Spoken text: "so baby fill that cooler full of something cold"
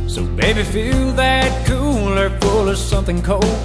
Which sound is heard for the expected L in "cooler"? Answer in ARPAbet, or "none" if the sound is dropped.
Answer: L